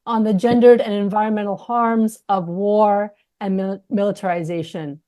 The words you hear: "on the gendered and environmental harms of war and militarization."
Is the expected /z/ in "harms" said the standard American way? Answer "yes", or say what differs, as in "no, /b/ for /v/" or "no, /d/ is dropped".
yes